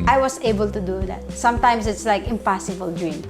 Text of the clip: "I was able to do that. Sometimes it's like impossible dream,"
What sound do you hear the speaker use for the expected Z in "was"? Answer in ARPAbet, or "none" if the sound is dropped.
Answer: S